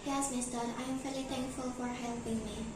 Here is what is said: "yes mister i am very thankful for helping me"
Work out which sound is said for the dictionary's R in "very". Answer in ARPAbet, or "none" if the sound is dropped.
L